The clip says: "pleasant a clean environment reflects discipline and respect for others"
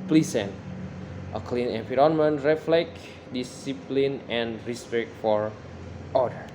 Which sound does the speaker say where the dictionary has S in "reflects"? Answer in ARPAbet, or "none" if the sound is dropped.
none